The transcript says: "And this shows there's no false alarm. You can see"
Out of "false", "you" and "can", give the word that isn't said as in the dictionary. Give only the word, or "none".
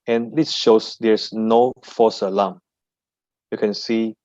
false